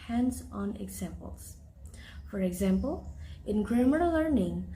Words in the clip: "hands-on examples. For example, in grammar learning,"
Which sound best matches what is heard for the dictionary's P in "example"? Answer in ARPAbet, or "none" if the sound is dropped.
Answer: P